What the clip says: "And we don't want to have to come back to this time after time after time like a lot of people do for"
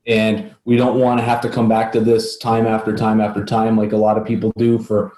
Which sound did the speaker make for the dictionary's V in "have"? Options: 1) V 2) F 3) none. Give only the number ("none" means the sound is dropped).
2